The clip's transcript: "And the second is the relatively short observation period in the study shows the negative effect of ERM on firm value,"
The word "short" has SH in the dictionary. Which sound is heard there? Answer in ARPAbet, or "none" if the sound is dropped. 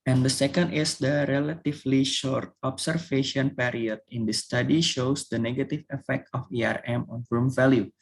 SH